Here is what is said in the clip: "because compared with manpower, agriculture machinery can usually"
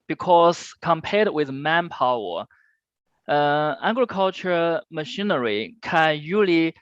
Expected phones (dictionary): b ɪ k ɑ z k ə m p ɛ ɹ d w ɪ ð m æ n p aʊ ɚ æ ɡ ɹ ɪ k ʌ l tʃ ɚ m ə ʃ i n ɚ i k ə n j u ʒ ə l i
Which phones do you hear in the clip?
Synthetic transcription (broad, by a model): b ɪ k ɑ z k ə m p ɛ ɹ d w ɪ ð m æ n p aʊ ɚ æ ɡ ɹ ɪ k ʌ l tʃ ɚ m ə ʃ i n ɚ i k ə n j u l i